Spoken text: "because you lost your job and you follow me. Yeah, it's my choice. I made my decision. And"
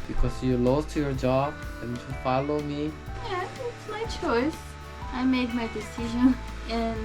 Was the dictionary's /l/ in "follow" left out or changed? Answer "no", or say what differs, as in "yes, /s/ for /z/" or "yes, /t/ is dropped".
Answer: no